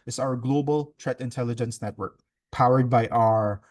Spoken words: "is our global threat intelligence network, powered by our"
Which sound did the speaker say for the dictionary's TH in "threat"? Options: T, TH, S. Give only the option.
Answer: T